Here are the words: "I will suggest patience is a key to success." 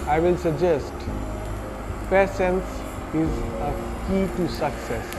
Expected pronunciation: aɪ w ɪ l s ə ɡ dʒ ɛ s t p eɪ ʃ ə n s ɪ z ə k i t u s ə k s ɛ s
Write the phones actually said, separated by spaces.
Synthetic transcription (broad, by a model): aɪ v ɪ l s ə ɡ dʒ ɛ s t p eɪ s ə n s ɪ z ə k i t u s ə k s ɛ s